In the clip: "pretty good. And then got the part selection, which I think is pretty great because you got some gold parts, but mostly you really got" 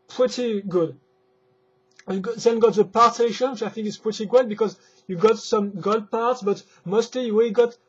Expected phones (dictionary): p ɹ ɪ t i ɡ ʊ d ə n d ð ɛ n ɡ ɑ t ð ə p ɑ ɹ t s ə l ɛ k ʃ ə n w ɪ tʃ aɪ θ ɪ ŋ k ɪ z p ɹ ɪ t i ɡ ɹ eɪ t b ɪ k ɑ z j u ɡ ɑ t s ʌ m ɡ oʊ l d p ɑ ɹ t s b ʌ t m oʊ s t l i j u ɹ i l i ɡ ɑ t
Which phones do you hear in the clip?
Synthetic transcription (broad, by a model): p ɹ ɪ t i ɡ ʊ d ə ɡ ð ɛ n ɡ ɑ t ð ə p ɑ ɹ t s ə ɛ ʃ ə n w ɪ tʃ aɪ θ ɪ ŋ k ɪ s p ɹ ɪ t i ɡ eɪ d b ɪ k ɑ z j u ɡ ɑ t s ʌ m ɡ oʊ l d p ɑ ɹ t s b ʌ t m oʊ s t l i j u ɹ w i ɡ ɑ t